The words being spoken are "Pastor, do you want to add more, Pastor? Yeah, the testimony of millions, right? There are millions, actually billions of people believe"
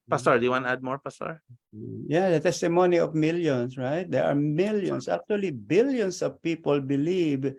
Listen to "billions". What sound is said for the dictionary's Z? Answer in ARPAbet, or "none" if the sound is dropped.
S